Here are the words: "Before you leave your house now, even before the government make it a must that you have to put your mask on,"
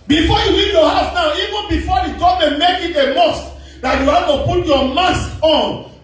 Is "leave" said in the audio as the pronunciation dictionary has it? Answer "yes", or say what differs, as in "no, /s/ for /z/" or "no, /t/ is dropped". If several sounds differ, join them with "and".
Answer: no, /w/ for /l/